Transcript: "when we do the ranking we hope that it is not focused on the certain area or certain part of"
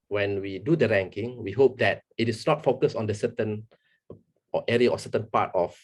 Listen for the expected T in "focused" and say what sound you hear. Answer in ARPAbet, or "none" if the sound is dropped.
none